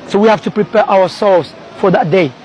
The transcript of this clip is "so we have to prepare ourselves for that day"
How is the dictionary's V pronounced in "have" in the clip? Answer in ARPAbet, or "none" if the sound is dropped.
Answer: F